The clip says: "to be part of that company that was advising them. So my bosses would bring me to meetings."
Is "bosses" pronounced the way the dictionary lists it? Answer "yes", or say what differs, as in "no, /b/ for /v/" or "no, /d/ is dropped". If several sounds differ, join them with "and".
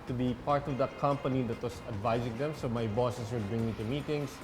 no, /s/ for /z/